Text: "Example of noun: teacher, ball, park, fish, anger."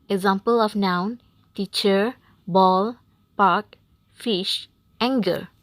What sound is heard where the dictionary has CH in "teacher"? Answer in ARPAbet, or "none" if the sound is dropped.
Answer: CH